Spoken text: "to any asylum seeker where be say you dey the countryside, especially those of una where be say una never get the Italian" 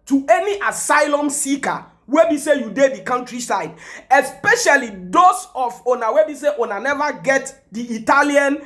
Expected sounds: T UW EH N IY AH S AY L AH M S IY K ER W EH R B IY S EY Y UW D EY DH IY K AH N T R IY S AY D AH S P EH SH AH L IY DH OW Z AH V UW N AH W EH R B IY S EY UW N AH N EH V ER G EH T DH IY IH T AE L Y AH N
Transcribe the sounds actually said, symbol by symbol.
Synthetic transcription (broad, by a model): T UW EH N IY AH S AY L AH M S IY K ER W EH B IY S EY Y UW D EY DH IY K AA N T R IY S AY D AH S P EH SH AH L IY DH OW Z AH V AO N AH W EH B IY S EY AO N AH N EH V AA G EH T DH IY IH T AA L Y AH N